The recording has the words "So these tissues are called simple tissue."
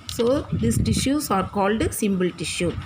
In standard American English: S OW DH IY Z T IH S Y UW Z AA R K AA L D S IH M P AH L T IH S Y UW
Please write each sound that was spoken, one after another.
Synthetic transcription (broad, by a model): S OW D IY S T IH SH Y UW S AA R K AA L D S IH M B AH L T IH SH Y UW